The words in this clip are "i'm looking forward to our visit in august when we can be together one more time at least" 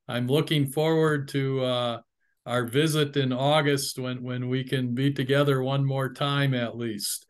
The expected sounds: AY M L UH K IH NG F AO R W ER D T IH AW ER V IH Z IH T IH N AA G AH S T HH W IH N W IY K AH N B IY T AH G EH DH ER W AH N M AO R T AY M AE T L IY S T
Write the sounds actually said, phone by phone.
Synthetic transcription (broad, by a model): AY M L UH K IH NG F AO R W ER D T IH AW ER V IH Z IH T IH N AA G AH S T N W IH N W IY K AH N B IY T AH G EH DH ER W AH N M AO R T AY M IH T L IY S T